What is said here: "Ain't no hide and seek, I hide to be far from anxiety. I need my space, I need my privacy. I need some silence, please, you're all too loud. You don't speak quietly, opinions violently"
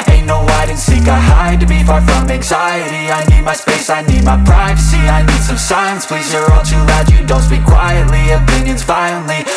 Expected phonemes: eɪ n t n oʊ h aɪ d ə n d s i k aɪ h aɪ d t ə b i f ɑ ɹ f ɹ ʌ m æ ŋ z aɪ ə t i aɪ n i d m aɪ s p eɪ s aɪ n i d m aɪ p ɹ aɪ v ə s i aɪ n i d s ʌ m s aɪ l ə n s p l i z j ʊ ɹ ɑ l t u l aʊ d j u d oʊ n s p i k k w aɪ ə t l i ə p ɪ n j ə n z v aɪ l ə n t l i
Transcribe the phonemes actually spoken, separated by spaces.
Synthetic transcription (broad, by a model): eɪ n n oʊ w aɪ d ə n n s i k aɪ h aɪ d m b i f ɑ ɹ f ɹ ʌ m æ ŋ z aɪ ə t i aɪ n i d m aɪ s p eɪ s aɪ n i d m aɪ p ɹ aɪ v ə s i aɪ n i d s ʌ m s aɪ ə n s p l i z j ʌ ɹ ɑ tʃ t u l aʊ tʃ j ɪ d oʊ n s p i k k w aɪ ə t l i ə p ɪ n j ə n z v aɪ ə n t l i